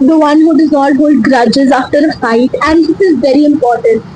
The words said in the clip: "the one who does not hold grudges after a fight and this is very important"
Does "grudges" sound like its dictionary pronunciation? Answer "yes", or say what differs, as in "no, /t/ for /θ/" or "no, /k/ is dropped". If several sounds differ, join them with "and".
yes